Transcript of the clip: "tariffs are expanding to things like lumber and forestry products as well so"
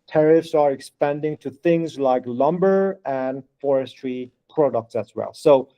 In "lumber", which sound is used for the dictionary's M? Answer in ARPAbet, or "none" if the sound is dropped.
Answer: M